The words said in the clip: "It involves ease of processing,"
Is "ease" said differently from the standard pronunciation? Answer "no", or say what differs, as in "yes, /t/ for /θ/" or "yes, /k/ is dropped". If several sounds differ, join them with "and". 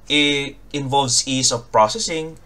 yes, /s/ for /z/